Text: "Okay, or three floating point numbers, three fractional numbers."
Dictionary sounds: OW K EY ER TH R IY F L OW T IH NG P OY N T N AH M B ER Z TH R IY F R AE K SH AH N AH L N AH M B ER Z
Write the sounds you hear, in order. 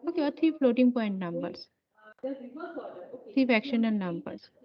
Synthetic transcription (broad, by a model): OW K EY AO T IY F L OW T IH NG P OY N T N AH M B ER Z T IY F AE K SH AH N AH L N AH M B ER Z